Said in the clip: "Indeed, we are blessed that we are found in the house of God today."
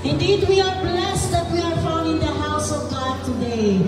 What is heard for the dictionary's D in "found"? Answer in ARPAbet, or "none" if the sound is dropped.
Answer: none